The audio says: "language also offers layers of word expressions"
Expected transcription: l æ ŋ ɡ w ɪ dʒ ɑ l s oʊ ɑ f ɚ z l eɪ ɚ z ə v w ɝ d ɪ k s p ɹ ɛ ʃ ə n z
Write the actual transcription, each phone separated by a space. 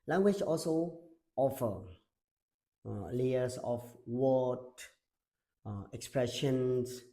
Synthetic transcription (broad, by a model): l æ ŋ ɡ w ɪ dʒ ɑ l s oʊ ɑ f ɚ l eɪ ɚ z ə f w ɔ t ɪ k s p ɹ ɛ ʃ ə n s